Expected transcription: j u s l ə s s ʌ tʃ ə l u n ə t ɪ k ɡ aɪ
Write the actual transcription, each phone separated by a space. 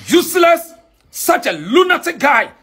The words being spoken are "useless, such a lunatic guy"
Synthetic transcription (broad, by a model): j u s l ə s s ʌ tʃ ə l u n ə t ɪ k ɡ aɪ